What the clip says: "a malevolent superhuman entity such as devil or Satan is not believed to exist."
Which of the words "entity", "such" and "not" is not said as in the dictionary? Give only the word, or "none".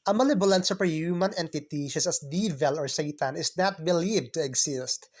such